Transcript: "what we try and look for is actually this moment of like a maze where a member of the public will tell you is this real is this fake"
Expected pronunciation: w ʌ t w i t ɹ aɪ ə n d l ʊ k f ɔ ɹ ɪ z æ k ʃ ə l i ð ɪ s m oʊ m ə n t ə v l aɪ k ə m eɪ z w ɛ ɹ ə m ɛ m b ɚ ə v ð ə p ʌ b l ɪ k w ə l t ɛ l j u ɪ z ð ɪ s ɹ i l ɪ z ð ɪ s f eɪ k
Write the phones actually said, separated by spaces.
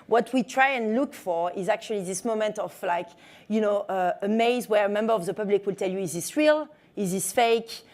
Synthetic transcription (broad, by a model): w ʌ t w i t ɹ aɪ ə n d l ʊ k f ɔ ɹ ɪ z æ k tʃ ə l i ð ɪ s m oʊ m ə n t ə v l aɪ k ə m eɪ z w ɛ ɹ ə m ɛ m b ɚ ə v ð ə p ʌ b l ɪ k w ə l t ɛ l j u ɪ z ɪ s ɹ i l ɪ z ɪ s f eɪ k